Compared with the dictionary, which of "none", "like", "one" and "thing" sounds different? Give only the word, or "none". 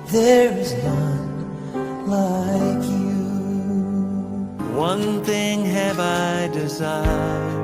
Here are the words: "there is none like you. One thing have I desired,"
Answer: none